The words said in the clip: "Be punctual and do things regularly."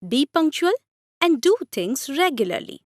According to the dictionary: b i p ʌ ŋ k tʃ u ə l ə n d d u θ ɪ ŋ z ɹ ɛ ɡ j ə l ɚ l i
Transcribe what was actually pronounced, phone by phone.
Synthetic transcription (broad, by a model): b i p ʌ ŋ k tʃ u ə l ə n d d u t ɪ ŋ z ɹ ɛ ɡ j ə l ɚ l i